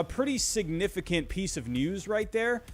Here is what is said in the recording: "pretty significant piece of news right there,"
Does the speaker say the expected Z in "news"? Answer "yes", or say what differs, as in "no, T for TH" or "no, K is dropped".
yes